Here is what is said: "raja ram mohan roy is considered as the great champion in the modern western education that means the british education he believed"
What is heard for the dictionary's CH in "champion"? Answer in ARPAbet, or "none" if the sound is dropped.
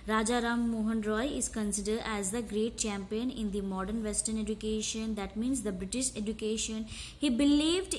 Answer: CH